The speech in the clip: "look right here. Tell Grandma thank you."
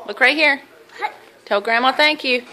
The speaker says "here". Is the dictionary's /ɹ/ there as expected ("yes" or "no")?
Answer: yes